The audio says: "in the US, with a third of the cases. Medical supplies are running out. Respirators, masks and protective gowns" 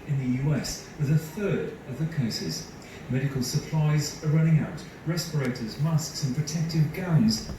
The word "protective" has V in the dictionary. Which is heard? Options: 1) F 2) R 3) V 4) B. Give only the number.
3